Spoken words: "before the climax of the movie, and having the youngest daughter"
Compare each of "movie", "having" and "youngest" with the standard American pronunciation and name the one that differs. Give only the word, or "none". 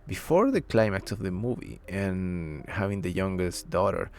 none